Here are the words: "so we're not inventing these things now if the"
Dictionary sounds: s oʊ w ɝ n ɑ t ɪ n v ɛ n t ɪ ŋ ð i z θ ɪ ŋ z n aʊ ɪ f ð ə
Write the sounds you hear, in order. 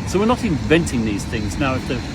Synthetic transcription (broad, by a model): s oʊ w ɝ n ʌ t ɪ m v ɛ n t ɪ ŋ ð i z θ ɪ ŋ z n aʊ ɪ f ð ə